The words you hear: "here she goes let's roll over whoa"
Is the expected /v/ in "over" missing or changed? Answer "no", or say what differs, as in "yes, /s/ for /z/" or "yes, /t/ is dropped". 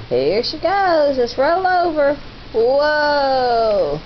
no